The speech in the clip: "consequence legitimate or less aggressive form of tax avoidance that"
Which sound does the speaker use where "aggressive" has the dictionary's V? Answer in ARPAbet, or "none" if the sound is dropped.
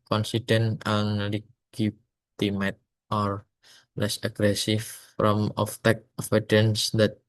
F